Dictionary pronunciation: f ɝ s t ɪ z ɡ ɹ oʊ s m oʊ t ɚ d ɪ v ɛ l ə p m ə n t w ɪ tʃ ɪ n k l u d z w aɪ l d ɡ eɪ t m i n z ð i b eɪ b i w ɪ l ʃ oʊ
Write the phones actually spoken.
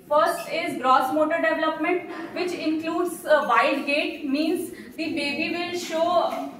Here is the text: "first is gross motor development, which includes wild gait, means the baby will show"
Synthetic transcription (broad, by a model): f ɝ s t ɪ z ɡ ɹ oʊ s m oʊ t ɚ d ɪ v ɛ l ə p m ə n t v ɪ tʃ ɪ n k l u d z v aɪ d ɡ eɪ t m i n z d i b eɪ b i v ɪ l ʃ oʊ